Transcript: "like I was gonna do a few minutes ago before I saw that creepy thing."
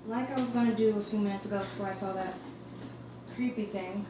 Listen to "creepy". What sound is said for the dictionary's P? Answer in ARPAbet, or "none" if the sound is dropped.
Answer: P